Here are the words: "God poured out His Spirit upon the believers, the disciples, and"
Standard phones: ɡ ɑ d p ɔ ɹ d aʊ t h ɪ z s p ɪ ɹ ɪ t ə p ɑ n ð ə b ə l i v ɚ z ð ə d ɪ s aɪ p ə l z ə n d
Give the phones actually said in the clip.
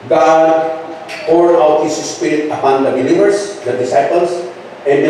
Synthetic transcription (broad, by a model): ɡ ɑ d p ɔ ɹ aʊ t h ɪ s s p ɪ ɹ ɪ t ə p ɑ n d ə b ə l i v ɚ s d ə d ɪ s aɪ p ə l s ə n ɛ